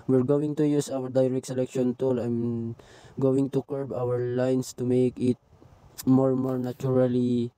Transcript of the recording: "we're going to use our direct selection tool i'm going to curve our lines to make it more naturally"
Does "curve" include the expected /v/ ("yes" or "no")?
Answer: no